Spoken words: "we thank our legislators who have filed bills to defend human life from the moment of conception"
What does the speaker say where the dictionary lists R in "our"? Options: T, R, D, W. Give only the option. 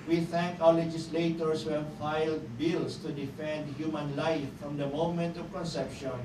W